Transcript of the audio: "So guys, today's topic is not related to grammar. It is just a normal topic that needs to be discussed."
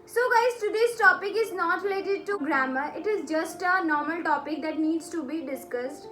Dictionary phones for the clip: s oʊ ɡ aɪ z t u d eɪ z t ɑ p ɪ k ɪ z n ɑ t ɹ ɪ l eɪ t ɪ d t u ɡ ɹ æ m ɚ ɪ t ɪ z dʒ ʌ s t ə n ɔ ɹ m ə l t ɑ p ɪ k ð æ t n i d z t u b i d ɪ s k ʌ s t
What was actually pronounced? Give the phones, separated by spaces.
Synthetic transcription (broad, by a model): s oʊ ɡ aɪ s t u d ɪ s t ɑ p ɪ k ɪ z n ɑ t ɹ ɪ l eɪ t ɪ d t u ɡ ɹ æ m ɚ ɪ t ɪ z dʒ ʌ s t ə n ɔ ɹ m ə l t ɑ p ɪ k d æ t n i d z t u b i d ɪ s k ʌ s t